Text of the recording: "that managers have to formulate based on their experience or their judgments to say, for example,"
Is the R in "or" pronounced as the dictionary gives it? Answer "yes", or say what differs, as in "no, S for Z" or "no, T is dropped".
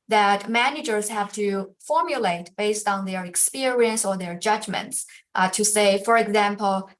yes